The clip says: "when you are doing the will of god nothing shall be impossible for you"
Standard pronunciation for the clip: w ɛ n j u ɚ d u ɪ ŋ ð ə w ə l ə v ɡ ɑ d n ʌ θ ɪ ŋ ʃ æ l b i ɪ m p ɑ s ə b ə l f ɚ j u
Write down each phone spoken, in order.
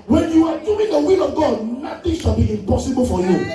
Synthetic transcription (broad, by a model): w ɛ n j u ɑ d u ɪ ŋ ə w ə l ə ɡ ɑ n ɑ t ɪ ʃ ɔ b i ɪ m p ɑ s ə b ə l f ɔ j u